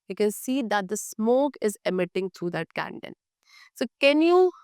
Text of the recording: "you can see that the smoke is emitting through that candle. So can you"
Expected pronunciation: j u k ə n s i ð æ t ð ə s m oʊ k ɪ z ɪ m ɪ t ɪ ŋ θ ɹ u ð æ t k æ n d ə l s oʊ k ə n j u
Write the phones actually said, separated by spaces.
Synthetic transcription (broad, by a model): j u k ə n s i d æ t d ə s m oʊ k ɪ z ɪ m ɪ t ɪ ŋ t ɹ u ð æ t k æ n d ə n s oʊ k ə n j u